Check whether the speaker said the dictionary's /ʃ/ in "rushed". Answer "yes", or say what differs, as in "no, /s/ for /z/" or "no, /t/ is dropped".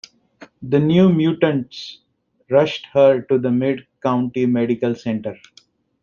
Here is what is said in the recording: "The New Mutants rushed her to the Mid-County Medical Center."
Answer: yes